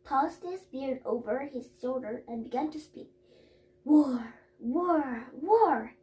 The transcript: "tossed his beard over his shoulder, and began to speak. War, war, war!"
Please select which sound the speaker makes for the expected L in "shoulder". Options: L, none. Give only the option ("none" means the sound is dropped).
L